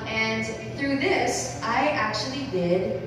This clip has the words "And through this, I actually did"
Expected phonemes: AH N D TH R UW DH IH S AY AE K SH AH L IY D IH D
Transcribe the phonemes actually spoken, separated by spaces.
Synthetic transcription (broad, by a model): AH N TH R UW DH IH S AY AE K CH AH L IY D IH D